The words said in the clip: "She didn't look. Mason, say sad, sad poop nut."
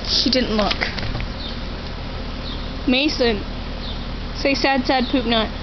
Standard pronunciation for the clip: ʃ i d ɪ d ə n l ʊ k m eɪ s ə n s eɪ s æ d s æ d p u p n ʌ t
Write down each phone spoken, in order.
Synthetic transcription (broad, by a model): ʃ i d ɪ d n l ʊ k m eɪ s ə n s eɪ s æ d s æ d p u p n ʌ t